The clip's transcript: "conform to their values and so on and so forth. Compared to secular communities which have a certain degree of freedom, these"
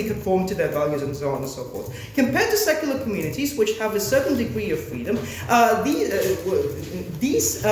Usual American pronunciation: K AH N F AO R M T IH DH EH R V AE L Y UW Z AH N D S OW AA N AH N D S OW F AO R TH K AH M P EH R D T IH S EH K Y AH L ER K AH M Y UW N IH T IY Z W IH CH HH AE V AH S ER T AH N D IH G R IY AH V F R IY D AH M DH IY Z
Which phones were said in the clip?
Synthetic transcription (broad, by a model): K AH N F AO R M T IH DH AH R V AE L Y UW Z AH N S OW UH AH N S OW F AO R S K AH M P EH R D T IH S EH K Y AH L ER K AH M Y UW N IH T IY Z W IH CH HH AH V AH S ER T N D IH G R IY AH V F R IY D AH M DH IY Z